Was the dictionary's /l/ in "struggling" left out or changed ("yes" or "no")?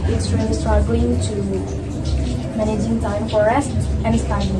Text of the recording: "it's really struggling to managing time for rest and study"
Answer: yes